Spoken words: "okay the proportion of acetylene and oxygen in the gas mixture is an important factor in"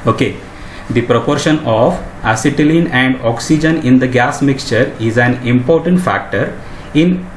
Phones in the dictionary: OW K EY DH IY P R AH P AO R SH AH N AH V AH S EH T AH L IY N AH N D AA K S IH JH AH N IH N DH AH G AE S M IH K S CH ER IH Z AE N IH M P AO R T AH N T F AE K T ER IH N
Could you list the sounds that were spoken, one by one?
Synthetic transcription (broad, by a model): OW K EY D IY P R AH P AO R SH AH N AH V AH S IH T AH L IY N AH N D AA K S IH JH AH N IH N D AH G AE S M IH K S CH ER IH Z AE N IH M P AO R T AH N T F AE K T ER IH N